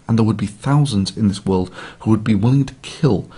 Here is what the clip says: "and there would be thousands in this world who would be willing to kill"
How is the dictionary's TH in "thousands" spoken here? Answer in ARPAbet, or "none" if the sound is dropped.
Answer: TH